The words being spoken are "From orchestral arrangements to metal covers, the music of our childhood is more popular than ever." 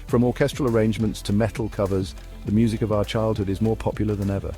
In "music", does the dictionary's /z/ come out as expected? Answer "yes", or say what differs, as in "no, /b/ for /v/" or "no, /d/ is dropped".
yes